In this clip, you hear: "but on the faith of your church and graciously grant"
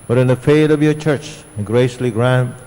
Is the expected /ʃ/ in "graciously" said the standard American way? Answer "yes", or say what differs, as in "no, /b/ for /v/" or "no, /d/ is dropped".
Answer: no, /ʃ/ is dropped